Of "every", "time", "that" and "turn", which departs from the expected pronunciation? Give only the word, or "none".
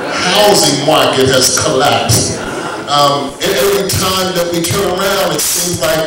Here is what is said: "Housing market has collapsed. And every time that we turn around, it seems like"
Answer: every